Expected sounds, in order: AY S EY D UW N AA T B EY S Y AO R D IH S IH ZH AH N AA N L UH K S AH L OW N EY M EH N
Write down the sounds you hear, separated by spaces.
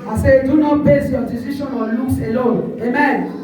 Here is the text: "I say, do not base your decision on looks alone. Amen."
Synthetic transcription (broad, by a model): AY S EY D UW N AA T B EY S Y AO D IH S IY SH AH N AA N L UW S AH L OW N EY M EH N